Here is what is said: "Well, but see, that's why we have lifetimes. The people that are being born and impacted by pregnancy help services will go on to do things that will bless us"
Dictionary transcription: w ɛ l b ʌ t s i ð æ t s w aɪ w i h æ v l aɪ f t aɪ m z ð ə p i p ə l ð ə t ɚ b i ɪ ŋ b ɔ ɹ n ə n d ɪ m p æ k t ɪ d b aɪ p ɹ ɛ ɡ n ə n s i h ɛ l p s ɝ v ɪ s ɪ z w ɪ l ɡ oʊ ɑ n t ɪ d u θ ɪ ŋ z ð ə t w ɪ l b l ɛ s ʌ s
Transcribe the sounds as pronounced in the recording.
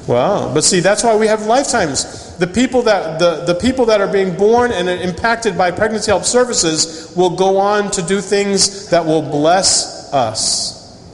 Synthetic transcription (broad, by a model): w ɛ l b ʌ t s i ð æ t s w aɪ w i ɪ v l aɪ f t aɪ m z ð ə p i p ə l ð ə t ɚ b i ɪ ŋ b ɔ ɹ n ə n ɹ ɪ m p æ k t ɪ d b aɪ p ɹ ɛ ɡ n ə n s i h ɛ l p s ɝ v ɪ s ɪ z w ɪ l ɡ oʊ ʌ n t ɪ d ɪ θ ɪ ŋ z ð ə t w ɪ l b l ɛ s ʌ s